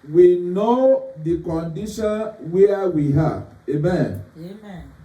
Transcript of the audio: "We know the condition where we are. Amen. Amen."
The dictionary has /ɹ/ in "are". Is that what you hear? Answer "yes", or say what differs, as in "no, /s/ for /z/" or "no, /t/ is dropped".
no, /w/ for /ɹ/